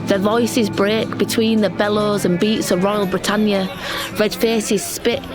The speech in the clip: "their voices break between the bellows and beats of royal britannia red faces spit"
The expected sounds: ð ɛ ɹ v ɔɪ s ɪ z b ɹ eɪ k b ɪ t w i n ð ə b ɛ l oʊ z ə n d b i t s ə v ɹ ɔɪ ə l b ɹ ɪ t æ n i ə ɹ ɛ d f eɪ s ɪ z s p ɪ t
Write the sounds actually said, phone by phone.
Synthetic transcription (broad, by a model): ð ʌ v ɔɪ s ɪ z b ɹ eɪ k b ɪ t w i n ð ə b ɛ l oʊ z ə n b i t s ə v ɹ ɔɪ ə l b ɹ ɪ t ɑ n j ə ɹ ɛ d f eɪ s ɪ z s p ɪ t